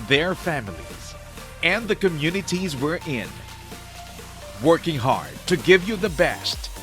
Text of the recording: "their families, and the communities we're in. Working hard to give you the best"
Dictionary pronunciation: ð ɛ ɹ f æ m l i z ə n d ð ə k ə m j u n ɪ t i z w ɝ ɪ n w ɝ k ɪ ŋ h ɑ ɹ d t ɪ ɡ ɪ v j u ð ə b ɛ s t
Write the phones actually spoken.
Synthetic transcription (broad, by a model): ð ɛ ɹ f æ m l i z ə n ð ə k ə m j u n ɪ t i z w ɝ ɪ n w ɝ k ɪ ŋ h ɑ ɹ d t ɪ ɡ ɪ v j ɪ ð ə b ɛ s t